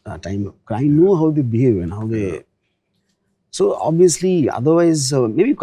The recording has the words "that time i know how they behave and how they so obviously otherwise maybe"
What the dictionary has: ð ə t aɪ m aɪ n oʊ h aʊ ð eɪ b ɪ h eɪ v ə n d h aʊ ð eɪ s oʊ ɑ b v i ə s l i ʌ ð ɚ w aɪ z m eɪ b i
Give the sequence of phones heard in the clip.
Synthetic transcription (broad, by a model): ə t aɪ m aɪ n oʊ h aʊ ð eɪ b ɪ h eɪ v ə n h aʊ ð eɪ s oʊ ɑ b i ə s l i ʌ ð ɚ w aɪ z m eɪ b i